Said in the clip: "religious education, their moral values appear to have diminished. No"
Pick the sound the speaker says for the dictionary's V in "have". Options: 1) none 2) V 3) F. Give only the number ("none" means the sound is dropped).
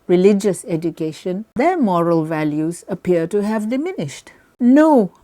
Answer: 2